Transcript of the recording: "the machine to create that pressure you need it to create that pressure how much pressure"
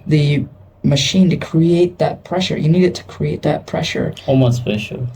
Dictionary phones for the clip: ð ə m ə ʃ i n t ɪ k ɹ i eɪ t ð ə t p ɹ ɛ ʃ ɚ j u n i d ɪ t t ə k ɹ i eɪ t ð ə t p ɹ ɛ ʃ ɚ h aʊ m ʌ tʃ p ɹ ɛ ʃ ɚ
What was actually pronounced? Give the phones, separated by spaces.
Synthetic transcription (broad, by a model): ð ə m ə ʃ i n t ɪ k ɹ i eɪ t ð ə t p ɹ ɛ ʃ ɚ j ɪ n i d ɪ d t ə k ɹ i eɪ t ð ə t p ɹ ɛ ʃ ɚ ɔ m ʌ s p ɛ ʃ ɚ